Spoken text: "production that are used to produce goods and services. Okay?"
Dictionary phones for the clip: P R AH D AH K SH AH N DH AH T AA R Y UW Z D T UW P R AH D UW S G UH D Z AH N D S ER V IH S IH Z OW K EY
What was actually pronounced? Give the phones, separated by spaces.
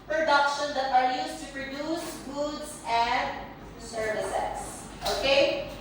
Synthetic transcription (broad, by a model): P R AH D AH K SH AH N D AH T AA R Y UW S T UW P R AH D UW S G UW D S AH N D S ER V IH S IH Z OW K EY